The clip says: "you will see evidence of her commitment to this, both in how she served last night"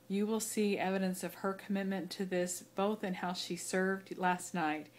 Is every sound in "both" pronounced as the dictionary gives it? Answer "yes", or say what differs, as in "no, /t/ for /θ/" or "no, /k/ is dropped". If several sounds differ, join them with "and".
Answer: yes